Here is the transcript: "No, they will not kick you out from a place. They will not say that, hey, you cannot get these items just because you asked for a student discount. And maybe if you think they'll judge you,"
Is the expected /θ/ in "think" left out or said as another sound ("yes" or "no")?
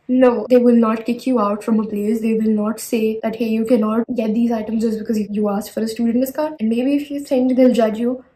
yes